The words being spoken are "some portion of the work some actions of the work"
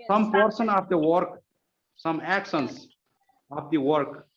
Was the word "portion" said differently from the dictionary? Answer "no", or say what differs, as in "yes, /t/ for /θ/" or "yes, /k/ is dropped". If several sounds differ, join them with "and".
yes, /s/ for /ʃ/